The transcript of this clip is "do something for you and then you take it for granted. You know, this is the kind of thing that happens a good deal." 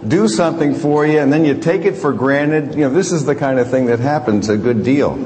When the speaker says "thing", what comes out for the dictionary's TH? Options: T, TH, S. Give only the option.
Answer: TH